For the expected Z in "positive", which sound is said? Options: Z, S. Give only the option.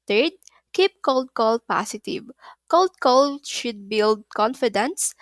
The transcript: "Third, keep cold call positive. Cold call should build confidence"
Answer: S